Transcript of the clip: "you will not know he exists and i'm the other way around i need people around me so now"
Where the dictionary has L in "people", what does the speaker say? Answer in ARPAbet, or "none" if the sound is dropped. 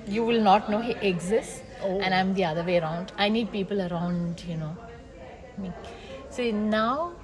L